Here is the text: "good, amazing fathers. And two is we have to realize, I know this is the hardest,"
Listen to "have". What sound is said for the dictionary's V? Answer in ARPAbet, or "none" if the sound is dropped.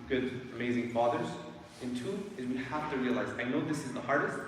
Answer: F